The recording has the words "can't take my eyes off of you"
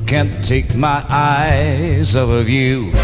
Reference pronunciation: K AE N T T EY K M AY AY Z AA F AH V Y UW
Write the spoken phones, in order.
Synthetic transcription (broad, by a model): K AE N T T EY K M AY AY Z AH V AH V Y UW